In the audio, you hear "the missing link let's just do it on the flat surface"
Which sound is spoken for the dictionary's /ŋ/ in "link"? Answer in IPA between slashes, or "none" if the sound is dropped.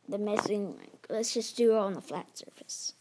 none